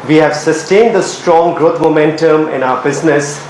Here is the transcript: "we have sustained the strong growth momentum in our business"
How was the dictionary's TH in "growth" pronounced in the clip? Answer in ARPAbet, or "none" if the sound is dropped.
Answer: T